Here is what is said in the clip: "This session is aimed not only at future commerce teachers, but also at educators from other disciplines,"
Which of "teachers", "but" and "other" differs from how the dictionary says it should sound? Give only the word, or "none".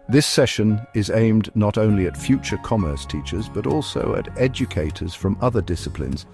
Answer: none